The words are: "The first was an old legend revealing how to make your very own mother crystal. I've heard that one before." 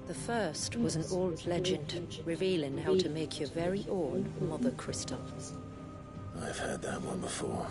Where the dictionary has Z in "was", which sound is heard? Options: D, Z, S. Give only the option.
Z